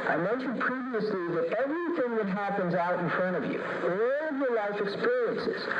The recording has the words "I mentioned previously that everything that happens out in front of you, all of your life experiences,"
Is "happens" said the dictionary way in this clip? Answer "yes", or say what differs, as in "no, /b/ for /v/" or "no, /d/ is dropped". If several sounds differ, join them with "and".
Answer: yes